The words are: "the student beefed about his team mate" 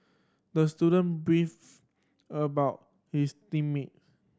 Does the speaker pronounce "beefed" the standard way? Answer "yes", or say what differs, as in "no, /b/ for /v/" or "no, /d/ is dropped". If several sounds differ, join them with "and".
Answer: no, /t/ is dropped